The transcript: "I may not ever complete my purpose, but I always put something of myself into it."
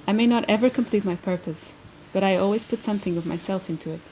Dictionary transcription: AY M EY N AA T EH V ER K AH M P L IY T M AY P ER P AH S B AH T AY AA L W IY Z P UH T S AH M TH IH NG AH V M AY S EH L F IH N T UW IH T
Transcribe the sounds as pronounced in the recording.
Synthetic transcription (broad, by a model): AY M EY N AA T EH V ER K AH M P L IY T M AY P ER P AH S B AH T AY AA L W IY Z P UH T S AH M TH IH NG AH V M AY S EH L F IH N T UW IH T